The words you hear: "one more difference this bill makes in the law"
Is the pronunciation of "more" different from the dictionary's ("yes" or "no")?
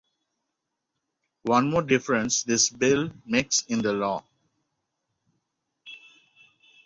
no